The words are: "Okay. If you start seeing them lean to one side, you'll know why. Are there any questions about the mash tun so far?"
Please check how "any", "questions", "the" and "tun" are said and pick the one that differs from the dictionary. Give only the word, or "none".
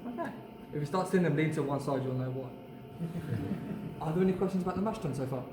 none